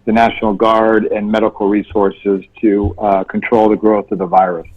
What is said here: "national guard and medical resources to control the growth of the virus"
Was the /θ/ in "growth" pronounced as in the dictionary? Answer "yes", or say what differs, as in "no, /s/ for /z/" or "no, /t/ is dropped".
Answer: yes